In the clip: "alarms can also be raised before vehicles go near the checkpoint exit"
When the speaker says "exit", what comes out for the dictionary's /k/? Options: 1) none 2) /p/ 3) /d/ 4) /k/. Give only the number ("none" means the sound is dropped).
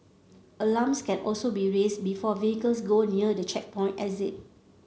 1